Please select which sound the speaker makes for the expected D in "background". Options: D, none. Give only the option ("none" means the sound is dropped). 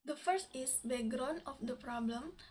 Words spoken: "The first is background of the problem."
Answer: none